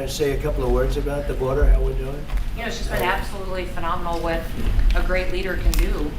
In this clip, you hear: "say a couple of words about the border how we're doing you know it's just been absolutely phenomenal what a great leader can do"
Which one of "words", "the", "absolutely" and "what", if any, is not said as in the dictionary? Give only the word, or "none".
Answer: none